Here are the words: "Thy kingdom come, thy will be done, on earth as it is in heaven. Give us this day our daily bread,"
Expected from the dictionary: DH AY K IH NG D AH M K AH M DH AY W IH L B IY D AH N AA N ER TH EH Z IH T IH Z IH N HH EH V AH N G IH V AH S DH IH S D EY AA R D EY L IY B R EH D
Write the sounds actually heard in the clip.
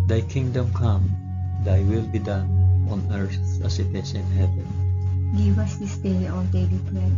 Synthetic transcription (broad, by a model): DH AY K IH NG D AH M K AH M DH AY W IH L B IY D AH N AA N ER S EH S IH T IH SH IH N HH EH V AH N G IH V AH S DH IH S D EY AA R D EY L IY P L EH